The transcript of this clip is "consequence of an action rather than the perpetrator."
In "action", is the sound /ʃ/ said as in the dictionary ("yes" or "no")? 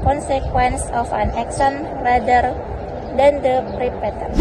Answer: no